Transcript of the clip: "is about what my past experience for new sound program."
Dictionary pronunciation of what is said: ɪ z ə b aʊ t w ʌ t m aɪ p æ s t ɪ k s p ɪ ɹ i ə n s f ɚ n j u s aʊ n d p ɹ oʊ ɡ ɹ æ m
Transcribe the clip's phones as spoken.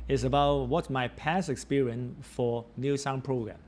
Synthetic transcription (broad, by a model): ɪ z ə b aʊ t w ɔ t m aɪ p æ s ɪ k s p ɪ ɹ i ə n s f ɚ n j u s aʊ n p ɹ oʊ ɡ ɹ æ m